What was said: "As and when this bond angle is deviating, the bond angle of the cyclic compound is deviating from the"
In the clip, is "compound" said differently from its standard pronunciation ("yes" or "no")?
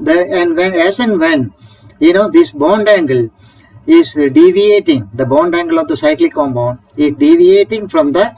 yes